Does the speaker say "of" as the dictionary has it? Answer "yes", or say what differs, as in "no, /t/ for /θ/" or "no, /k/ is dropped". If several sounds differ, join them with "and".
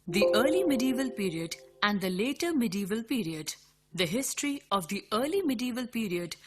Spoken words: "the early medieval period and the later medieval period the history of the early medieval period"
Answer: yes